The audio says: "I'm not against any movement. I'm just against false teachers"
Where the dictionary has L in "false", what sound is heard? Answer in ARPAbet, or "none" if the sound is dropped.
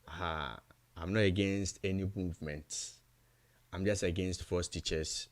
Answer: none